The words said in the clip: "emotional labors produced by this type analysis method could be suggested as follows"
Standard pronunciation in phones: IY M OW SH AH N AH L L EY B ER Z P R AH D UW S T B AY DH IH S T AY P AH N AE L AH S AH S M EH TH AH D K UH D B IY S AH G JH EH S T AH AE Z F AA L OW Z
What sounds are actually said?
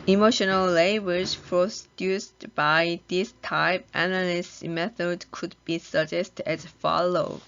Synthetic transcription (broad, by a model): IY M OW SH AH N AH L L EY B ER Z P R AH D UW S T B AY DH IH S T AY P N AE N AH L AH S M EH TH AH D K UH D B IY S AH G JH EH S T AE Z F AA L OW